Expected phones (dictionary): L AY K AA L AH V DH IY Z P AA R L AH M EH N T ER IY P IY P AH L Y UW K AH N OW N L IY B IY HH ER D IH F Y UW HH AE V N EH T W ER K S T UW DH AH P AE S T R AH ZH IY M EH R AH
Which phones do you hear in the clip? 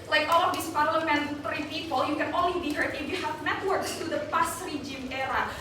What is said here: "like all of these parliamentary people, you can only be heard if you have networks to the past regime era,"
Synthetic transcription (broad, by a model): L AY K AA L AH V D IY S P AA R L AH M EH N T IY P IY P AH L Y UW K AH N OW N L IY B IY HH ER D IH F Y UW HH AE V N EH T W ER K S T UW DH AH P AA S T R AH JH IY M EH R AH